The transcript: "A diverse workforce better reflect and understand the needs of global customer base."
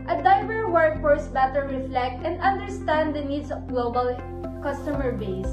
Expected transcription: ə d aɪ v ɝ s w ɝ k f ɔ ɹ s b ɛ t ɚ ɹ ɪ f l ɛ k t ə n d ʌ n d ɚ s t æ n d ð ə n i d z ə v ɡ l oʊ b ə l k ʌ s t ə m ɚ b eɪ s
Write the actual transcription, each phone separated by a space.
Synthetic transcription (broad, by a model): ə d aɪ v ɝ w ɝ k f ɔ ɹ s b ɛ t ɚ ɹ ɪ f l ɛ k t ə n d ʌ n d ɚ s t æ n d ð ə n i d s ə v ɡ l oʊ b ə l k ʌ s t ə m ɚ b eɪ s